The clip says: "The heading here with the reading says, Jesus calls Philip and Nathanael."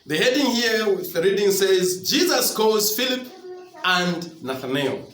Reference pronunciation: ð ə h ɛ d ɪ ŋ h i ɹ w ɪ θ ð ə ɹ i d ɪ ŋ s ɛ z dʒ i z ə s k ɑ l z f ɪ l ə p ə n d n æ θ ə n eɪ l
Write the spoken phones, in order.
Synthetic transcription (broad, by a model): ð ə h ɛ d ɪ ŋ h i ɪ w ð ə ɹ i d ɪ ŋ s ɛ z dʒ i z ə s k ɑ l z f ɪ l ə p ə n d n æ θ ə n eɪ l